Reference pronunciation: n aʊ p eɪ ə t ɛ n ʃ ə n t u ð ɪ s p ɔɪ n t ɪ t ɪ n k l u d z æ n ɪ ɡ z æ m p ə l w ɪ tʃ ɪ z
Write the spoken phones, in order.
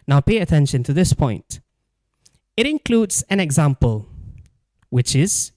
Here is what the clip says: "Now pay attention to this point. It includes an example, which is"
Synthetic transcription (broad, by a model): n aʊ p eɪ ə t ɛ n ʃ ə n t u ð ɪ s p ɔɪ n t ɪ t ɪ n k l u d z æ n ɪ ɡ z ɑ m p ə l w ɪ tʃ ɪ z